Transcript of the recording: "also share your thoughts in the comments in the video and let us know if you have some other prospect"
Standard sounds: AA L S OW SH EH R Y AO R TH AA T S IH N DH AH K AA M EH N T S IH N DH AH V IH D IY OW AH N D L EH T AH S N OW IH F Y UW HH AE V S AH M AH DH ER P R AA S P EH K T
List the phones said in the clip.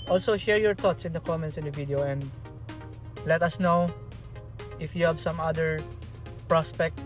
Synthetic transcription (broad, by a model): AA L S OW SH EH R Y AO R T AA T S IH N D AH K AA M EH N T S IH N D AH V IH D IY OW AH N D L EH T AH S N OW IH F Y UW HH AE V S AH M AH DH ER P R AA S P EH K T